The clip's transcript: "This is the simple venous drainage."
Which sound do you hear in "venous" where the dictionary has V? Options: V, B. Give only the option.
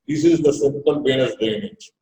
B